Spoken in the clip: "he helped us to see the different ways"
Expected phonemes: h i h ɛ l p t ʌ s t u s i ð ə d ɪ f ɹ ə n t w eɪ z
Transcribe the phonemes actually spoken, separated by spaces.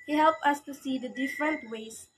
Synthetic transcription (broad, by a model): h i h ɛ l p ʌ s t u s i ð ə d ɪ f ɹ ə n t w eɪ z